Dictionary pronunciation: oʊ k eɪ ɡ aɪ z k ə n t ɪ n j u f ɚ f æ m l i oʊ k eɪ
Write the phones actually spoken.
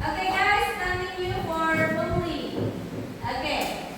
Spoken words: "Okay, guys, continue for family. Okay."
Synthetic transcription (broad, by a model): oʊ k eɪ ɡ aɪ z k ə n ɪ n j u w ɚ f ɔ l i oʊ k eɪ